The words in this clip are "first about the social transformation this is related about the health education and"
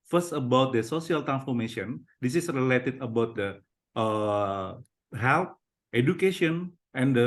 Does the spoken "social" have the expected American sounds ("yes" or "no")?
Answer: no